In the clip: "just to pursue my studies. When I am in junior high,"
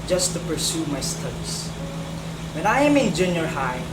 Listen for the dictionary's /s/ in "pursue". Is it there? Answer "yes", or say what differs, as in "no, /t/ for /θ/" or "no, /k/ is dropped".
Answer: yes